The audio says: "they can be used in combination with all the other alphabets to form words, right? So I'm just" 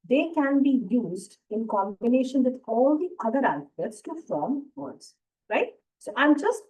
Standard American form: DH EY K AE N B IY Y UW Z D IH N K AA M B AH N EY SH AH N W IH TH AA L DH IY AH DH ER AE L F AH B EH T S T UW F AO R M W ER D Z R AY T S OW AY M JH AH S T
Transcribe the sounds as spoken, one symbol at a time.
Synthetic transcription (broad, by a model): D EY K AE N B IY Y UW Z D IH N K AA M B AH N EY SH AH N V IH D AA L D IY AH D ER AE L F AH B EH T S T UW F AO M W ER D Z R AY T S OW AY M JH AH S T